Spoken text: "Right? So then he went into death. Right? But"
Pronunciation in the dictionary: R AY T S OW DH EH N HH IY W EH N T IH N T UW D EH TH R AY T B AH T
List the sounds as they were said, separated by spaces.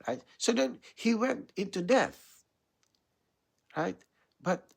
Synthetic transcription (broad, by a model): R AY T S OW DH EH N HH IY W EH N T IH N T UW D EH TH R AY T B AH T